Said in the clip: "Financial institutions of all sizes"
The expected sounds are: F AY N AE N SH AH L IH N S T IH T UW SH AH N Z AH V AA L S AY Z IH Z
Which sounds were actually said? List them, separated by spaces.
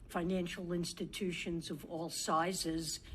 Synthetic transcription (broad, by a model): F AY N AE N SH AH L IH N S T IH T UW SH AH N Z AH V AA L S AY Z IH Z